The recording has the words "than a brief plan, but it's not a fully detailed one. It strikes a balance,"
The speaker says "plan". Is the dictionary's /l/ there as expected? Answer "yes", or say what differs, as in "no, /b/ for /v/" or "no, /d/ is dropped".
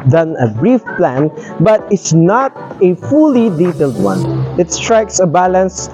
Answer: yes